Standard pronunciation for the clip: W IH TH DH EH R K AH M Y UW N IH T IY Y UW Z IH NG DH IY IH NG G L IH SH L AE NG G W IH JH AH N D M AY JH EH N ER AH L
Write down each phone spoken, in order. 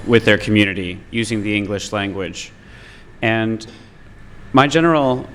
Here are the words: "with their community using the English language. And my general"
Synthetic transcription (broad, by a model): W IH DH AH R K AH M Y UW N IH T IY Y UW Z IH NG DH IY IH NG G L IH SH L AE NG G W IH JH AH N M AY JH EH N ER L